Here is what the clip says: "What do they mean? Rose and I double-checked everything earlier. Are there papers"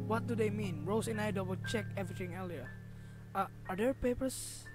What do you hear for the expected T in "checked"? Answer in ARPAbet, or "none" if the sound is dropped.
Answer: none